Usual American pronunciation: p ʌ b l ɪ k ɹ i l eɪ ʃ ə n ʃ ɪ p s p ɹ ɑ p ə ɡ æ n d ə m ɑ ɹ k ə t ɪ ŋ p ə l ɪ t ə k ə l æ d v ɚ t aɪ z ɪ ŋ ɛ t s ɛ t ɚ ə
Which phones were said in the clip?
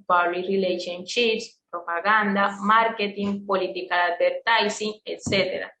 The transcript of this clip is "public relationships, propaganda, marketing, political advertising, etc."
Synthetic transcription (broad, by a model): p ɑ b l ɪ ɹ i l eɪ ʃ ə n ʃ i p s p ɹ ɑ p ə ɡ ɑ n d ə m ɑ ɹ k ə t ɪ ŋ p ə l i t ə k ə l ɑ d b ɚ t aɪ s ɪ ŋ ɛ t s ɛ t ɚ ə